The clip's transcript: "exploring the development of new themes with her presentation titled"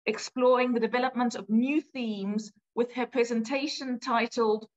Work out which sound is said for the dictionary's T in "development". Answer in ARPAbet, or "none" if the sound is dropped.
T